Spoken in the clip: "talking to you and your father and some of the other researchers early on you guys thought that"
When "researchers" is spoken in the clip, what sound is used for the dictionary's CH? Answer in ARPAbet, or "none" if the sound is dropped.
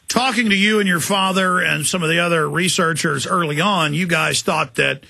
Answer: CH